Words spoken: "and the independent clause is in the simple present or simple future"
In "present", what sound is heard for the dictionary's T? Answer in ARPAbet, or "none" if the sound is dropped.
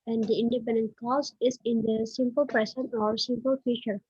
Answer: none